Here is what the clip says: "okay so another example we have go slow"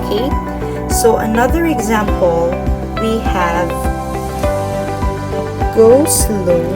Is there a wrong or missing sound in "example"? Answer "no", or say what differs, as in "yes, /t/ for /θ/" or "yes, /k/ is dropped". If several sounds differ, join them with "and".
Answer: no